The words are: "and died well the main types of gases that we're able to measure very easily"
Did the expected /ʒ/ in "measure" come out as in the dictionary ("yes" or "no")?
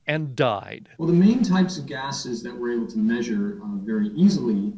yes